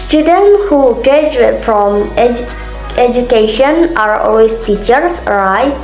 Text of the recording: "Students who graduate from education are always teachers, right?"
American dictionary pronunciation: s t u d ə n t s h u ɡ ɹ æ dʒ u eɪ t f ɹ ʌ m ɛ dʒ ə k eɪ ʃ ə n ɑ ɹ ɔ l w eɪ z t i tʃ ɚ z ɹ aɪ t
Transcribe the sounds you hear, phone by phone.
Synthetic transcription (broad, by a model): s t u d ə n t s h u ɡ ɛ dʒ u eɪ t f ɹ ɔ m ɛ dʒ ə k eɪ ʃ ə n ɑ ɹ ɔ l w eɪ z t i tʃ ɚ s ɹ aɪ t